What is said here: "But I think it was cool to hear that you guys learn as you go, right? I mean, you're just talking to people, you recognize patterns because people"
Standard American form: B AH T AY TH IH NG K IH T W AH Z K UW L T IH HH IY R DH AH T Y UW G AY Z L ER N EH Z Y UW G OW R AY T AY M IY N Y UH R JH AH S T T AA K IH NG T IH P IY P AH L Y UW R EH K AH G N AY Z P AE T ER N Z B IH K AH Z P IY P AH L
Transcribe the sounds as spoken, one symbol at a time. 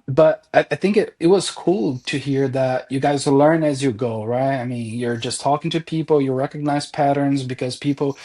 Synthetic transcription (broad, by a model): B AH T AY TH IH NG K IH T W AH Z K UW L T IH HH IY R DH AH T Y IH G AY Z L ER N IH Z Y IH G OW R AY T AY M IY N Y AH R JH AH S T T AA K IH NG T IH P IY P L Y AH R EH K AH G N AY Z P AE T ER N Z B IH K AH Z P IY P L